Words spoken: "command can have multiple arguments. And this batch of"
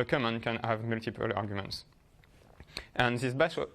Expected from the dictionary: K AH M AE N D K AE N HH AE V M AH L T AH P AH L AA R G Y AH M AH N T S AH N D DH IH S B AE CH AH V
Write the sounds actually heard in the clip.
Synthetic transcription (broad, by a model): K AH M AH N K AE N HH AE V M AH L T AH P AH L AA R G Y AH M AH N T S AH N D DH IH S B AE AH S